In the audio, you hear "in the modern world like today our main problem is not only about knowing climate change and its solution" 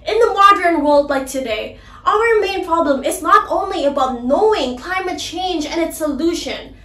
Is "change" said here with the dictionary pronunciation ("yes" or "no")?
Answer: yes